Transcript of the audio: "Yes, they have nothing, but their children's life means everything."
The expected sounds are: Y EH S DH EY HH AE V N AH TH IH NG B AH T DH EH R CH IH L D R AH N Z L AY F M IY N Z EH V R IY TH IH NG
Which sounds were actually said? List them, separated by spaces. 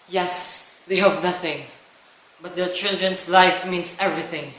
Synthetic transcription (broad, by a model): Y EH S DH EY HH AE V N AH TH IH NG B AH T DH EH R CH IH L D R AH N S L AY F M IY N S EH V R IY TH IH NG